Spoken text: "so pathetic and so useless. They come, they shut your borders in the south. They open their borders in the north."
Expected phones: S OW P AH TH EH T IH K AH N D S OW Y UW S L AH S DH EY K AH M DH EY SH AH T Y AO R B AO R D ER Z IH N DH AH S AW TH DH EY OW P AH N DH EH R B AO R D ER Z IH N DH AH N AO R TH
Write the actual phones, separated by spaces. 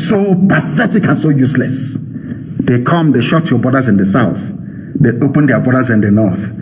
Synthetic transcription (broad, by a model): S OW P AH TH EH T IH K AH N S OW Y UW S L AH S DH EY K AH M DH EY SH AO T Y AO B AO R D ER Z IH N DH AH S AW TH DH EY OW P AH N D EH B AO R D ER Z IH N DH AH N AO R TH